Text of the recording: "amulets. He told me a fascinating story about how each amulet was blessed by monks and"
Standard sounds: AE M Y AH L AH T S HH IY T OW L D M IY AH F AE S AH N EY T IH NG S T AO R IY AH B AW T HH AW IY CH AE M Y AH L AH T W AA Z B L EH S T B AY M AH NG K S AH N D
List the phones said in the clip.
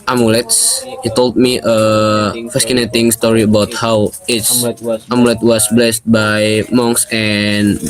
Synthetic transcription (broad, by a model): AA M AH L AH T S HH IY T OW L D M IY AH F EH S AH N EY T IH NG S T AO R IY AH B AW T HH AW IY S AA M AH L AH T W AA S B L EH S T B AY M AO NG K S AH N